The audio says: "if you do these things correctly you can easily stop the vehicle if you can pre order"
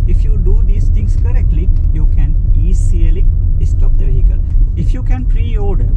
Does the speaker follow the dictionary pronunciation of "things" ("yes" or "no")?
no